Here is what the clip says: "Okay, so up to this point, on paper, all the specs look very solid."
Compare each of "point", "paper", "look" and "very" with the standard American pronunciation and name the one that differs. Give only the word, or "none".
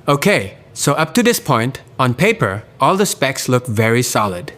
none